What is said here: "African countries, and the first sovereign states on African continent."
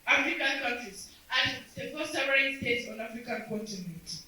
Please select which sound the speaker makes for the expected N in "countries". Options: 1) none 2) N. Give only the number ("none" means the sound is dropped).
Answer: 1